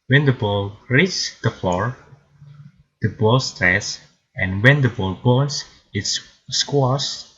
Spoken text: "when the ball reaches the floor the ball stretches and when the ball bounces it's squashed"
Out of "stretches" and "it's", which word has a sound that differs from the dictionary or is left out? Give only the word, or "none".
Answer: stretches